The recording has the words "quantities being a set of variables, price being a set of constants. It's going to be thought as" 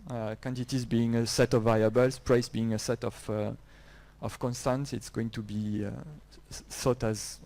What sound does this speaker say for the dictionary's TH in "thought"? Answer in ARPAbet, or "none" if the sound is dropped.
S